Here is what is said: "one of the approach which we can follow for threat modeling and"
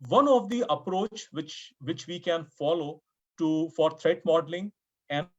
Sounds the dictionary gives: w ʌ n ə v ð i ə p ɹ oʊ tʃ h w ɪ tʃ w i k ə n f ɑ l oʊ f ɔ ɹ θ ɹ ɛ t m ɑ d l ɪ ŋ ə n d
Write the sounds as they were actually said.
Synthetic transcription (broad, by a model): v ʌ n ə v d i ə p ɹ oʊ tʃ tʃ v ɪ tʃ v i k ə n f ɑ l oʊ f ɔ ɹ t ɹ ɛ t m ɑ d l ɪ ŋ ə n